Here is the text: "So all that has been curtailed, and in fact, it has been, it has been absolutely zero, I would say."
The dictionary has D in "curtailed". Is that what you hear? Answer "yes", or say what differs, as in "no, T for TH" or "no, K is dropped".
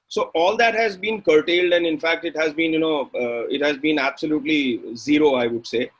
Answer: yes